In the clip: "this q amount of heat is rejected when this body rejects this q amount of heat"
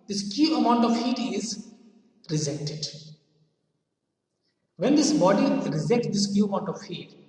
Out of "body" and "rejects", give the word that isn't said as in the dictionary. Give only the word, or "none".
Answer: rejects